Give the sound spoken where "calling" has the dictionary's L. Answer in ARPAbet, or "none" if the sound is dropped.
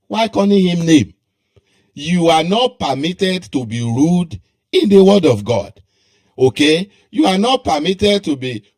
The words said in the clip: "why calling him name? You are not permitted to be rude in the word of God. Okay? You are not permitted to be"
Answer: N